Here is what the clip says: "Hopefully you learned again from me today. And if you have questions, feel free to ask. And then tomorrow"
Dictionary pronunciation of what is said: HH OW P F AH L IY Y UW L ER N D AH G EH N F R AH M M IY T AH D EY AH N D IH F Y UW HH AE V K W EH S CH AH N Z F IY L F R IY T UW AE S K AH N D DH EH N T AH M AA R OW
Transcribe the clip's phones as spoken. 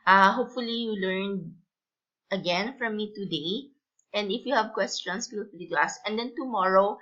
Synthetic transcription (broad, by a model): HH OW P F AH L IY Y UW L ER N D AH G EH N F R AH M M IY T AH D EY AH N D IH F Y UW HH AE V K W EH S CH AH N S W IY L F L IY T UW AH S AH N D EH N T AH M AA R OW